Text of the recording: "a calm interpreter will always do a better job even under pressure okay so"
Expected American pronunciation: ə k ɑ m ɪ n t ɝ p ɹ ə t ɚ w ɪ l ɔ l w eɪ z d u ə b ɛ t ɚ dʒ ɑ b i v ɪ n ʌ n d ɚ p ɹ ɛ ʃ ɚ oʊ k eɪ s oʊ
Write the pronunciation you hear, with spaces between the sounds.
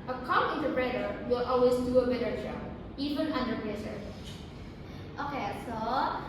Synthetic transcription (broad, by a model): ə k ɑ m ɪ n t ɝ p ɹ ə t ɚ w ɪ l ɔ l w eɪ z d u ə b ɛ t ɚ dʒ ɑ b i v ɪ n ʌ n d ɚ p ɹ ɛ s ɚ oʊ k eɪ s oʊ